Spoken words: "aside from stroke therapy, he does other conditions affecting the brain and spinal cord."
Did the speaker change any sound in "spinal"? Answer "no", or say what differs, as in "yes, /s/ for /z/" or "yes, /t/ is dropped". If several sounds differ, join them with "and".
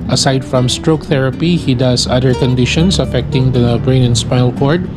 yes, /n/ is dropped